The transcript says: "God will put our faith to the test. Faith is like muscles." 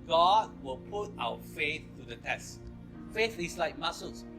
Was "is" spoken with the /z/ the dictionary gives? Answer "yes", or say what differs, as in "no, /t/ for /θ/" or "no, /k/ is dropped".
no, /s/ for /z/